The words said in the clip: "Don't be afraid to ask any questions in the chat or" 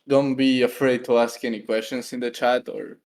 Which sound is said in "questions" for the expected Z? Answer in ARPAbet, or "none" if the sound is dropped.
S